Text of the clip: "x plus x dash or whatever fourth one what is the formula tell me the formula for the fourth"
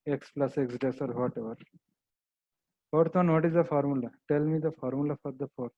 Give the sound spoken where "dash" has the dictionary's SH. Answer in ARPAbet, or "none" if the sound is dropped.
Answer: S